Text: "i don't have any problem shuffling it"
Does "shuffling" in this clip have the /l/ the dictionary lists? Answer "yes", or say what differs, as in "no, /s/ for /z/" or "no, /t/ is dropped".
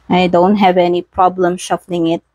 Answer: yes